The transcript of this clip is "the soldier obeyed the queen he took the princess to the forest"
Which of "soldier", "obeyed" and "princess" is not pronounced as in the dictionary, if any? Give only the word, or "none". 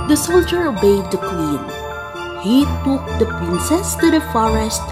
none